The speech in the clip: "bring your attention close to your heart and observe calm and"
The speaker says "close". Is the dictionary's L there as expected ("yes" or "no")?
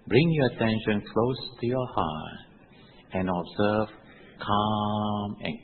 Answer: yes